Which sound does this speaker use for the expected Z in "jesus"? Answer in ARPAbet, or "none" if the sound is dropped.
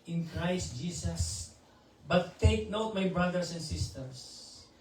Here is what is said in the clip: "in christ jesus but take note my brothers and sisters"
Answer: S